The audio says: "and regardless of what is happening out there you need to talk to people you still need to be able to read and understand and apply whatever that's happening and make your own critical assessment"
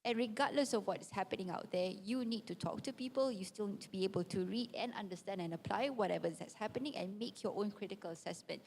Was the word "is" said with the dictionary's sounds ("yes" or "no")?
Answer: no